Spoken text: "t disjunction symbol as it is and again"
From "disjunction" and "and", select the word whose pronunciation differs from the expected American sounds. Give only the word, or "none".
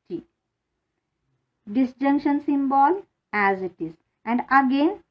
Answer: none